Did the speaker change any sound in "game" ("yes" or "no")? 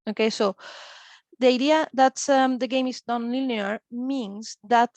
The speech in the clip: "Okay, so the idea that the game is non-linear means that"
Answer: no